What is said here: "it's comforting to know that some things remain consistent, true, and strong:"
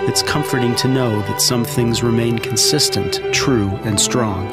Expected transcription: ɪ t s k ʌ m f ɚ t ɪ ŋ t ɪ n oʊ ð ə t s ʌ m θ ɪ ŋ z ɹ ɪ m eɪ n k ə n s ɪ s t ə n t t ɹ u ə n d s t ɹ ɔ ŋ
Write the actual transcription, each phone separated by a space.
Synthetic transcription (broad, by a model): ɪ t s k ʌ m f ɚ t ɪ ŋ t ɪ n oʊ ð ə t s ʌ m θ ɪ ŋ z ɹ ɪ m eɪ n k n s ɪ s t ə n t t ɹ u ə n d s t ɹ ɔ ŋ